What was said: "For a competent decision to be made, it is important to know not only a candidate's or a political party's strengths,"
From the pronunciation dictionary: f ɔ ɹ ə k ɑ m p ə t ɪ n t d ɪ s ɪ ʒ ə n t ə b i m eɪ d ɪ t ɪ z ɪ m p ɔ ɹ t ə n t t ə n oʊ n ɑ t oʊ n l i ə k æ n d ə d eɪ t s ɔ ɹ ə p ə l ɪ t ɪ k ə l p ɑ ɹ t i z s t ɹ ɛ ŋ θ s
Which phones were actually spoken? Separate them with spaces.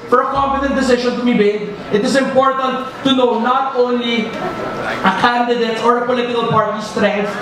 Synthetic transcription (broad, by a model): f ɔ ɹ ə k ɑ m p ə t ɪ n t d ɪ s ɪ ʃ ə n t ə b i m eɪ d ɪ t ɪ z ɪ m p ɔ ɹ t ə n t t ə n oʊ n ɑ t oʊ n l i ə k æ n d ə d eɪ t ɔ ɹ ə p ə l ɪ t ɪ k ə l p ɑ ɹ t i s t ɹ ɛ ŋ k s